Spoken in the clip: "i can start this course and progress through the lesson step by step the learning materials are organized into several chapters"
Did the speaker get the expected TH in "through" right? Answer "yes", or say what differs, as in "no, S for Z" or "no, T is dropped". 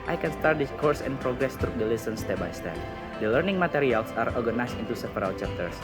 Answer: no, T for TH